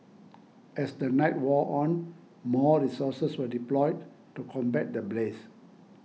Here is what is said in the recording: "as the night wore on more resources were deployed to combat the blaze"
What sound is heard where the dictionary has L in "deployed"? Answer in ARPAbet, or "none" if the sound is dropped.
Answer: L